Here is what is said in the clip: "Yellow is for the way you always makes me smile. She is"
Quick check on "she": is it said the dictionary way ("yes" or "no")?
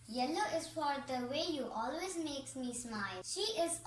yes